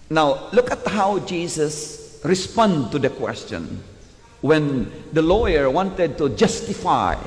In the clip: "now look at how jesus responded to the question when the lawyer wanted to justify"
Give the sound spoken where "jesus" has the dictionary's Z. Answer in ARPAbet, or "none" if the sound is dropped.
S